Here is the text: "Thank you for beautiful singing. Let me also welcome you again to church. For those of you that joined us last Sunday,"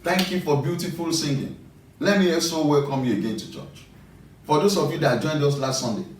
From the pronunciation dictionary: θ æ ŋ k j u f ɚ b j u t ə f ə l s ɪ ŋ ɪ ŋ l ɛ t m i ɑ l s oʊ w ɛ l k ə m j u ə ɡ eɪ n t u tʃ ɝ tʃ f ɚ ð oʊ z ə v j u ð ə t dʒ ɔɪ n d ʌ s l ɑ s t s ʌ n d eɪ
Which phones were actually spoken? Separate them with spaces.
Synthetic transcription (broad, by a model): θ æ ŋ k j u f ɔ b j u t ə f ə l s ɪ ŋ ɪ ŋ l ɛ t m i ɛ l s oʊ w ɛ l k ə m j u ə ɡ eɪ n t u tʃ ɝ tʃ f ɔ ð oʊ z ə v j u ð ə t dʒ ɔɪ n d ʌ s l ɑ s t s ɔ n d eɪ